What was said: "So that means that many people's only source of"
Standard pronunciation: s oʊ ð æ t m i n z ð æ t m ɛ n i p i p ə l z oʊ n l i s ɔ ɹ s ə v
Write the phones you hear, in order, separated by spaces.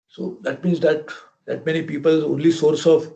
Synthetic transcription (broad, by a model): s oʊ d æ t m i n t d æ t m ɛ n i p i p ə l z oʊ n l i s ɔ ɹ s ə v